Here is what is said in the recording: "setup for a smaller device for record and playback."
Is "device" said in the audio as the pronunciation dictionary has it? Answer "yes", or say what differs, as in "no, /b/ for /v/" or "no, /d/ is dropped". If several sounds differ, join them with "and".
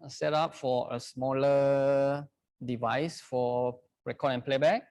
yes